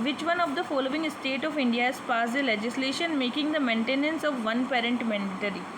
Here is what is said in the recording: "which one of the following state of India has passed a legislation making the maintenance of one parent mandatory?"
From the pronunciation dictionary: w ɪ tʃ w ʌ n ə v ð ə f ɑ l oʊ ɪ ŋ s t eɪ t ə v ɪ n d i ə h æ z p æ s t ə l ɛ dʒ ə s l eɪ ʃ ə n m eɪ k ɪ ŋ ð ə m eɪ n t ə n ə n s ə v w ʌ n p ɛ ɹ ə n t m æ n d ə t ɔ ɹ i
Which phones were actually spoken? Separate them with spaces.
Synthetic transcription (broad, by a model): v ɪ tʃ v ʌ n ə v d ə f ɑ l oʊ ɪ ŋ s t eɪ t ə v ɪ n d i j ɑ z p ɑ s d ə l ɛ dʒ ə s l eɪ ʃ ə n m eɪ k ɪ ŋ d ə m eɪ n t ə n ə n s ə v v ʌ n p ɛ ɹ ə n t m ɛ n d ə t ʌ ɹ i